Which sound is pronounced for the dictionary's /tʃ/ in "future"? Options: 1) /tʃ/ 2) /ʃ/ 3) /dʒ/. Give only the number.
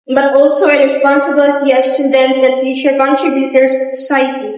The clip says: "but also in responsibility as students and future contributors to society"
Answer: 2